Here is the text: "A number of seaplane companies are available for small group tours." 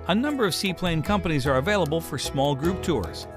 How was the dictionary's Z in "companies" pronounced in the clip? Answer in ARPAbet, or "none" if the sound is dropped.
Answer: Z